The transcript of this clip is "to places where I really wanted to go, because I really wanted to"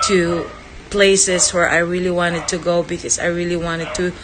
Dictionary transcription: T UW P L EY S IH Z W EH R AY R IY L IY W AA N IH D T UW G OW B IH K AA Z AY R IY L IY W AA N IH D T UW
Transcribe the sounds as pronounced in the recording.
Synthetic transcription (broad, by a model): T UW P L EY S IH S W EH R AY R IY L IY W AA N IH D T UW G OW B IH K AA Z AY R IY L IY W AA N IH D T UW